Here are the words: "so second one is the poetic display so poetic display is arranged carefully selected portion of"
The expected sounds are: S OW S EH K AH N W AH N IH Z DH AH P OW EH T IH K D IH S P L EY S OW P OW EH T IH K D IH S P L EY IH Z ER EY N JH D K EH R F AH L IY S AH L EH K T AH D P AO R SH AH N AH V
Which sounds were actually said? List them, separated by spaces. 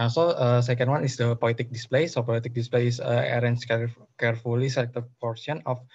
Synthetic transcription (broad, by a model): S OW S EH K AH N W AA N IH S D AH P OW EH T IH K D IH S P L EY S OW P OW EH T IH K D IH S P L EY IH S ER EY N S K K EH R F AH L IY S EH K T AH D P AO R S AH N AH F